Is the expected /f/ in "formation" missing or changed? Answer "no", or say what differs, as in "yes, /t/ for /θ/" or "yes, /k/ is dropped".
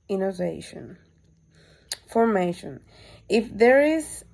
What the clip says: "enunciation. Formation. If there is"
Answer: no